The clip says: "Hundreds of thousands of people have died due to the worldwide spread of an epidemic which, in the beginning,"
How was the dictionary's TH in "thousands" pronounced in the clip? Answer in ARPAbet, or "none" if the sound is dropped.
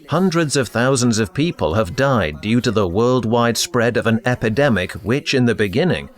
TH